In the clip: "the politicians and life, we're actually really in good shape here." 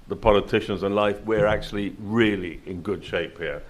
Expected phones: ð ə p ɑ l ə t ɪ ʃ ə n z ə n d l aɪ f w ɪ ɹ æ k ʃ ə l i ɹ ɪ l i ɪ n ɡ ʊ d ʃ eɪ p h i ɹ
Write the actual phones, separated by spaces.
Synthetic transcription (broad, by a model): ð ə p ɑ l ə t ɪ ʃ ə n z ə n l aɪ f w ɪ ɹ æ k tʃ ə l i ɹ ɪ l i ɪ n ɡ ʊ d ʃ eɪ p h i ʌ